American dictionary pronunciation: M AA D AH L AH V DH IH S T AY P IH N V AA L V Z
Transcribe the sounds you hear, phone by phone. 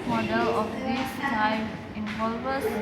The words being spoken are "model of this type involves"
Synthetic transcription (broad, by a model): M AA D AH L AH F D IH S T AY F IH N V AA L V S